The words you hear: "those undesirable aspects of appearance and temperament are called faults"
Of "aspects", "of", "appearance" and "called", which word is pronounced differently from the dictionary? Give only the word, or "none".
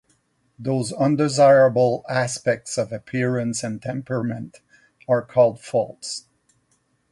none